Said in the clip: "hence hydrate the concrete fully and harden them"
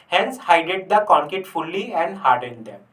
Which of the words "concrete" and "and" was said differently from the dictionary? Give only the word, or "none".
concrete